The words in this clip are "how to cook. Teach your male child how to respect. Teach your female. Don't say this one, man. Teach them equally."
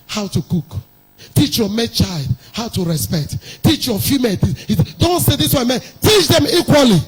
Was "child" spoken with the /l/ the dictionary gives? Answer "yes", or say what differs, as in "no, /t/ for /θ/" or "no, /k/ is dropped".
yes